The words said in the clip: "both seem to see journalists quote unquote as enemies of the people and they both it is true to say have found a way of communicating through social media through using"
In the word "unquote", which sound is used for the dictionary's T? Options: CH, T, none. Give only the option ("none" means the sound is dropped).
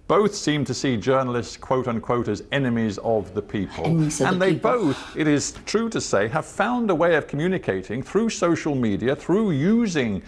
T